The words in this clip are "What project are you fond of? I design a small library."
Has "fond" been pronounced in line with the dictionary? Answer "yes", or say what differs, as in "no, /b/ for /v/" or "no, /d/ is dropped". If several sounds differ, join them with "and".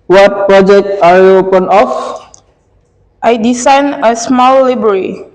no, /p/ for /f/ and /d/ is dropped